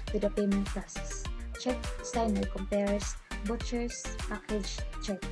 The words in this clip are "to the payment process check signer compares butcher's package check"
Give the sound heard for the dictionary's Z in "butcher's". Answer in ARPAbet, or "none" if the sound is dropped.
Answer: S